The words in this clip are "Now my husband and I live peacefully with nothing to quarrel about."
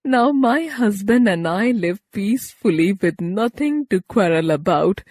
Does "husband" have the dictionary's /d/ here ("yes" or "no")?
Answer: yes